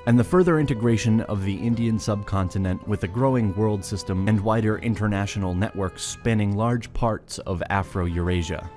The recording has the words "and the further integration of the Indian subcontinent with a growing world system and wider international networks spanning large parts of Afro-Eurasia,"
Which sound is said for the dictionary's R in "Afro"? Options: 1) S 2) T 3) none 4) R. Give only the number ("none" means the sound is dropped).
4